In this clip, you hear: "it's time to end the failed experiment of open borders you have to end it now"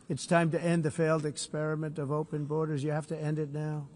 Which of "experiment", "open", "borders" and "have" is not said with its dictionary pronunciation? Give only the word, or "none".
have